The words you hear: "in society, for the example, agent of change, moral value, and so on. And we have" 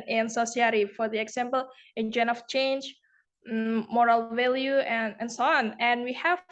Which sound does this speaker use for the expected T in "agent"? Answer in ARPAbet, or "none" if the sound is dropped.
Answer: none